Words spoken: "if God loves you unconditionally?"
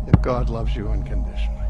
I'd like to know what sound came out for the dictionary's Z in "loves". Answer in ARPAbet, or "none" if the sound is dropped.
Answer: Z